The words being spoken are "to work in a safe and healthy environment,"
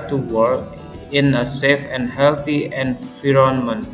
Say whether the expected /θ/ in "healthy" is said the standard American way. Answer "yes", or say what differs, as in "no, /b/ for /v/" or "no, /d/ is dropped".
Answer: no, /t/ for /θ/